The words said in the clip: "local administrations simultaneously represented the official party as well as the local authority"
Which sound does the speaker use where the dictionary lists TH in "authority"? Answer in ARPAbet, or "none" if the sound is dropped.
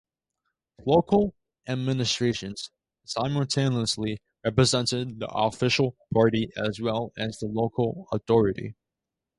TH